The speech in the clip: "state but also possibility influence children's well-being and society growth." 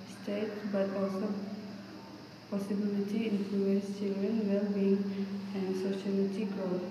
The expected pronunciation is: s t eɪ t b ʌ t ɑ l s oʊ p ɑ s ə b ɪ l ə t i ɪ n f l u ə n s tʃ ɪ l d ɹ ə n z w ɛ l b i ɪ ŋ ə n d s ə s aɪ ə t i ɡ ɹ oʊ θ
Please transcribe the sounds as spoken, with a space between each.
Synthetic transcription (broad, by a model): s t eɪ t b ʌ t ɑ l s oʊ p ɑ s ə b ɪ l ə t i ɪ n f l u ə n s tʃ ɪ l d ɹ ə n w ɛ l b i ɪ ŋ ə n s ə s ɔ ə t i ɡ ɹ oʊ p